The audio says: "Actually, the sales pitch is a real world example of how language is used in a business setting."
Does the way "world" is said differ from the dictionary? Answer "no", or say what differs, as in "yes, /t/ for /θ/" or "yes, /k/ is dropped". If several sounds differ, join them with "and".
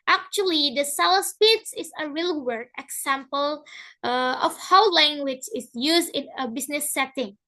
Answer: yes, /l/ is dropped